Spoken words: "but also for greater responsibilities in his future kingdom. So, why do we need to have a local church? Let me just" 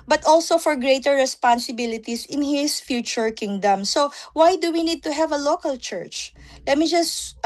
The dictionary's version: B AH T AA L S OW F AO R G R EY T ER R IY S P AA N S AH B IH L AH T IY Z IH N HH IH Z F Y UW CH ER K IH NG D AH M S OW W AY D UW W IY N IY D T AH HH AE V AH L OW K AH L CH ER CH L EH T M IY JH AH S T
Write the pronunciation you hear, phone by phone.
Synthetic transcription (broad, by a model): B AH T AA L S OW F AO R G R EY T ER R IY S P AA N S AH B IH L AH T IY S IH N HH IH S F Y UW CH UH K IH NG D AH M S OW W AY D UW W IY N IY D T AH HH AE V AH L OW K AH L CH ER CH L EH T M IY JH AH S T